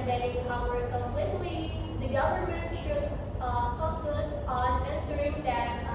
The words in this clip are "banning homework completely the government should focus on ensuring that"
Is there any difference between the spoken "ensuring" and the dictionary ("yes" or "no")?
yes